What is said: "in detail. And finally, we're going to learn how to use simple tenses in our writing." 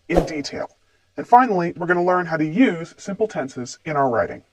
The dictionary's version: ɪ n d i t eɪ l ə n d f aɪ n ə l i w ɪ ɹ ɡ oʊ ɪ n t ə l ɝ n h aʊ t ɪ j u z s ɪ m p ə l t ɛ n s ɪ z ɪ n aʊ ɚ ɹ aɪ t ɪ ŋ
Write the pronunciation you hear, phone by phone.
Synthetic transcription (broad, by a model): ɪ n d i t eɪ l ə n f aɪ n l i w ɪ ɹ ɡ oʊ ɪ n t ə l ɝ n h aʊ t ɪ j u z s ɪ m p l t ɛ n s ɪ z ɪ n aʊ ɚ ɹ aɪ t ɪ ŋ